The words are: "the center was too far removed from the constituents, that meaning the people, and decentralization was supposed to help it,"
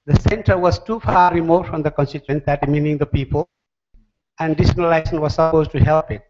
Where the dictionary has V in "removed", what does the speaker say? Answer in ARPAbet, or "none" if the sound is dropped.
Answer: F